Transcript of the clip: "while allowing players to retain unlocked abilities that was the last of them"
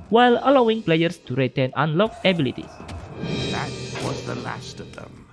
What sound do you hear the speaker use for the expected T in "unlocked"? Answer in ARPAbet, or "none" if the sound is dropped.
none